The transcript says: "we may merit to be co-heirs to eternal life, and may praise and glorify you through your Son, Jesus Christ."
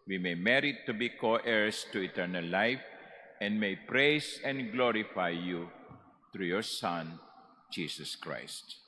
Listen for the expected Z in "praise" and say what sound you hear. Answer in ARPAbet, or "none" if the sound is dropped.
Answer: S